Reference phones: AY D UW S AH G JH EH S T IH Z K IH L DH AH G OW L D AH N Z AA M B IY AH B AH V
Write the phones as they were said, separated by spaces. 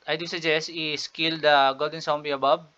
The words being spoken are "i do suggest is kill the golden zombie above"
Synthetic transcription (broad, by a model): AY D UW S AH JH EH S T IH S K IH L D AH G OW L D AH N S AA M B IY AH B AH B